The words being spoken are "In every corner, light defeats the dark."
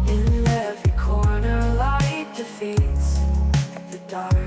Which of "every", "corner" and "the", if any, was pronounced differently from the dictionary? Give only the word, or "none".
every